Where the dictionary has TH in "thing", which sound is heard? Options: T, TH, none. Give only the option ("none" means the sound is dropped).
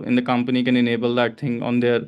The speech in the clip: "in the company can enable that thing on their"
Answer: T